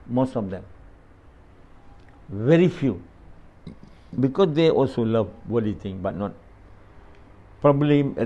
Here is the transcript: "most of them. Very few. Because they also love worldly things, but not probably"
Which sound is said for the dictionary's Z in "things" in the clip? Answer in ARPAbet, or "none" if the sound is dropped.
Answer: none